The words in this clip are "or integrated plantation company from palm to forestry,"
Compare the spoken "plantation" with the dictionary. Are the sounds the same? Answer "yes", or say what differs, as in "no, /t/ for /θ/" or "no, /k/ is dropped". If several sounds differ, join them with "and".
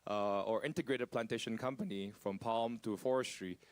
yes